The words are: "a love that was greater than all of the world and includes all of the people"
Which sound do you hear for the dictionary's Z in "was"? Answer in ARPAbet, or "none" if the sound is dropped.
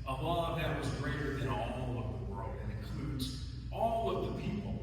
Z